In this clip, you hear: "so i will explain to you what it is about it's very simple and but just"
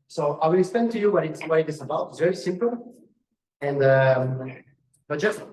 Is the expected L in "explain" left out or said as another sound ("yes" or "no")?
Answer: yes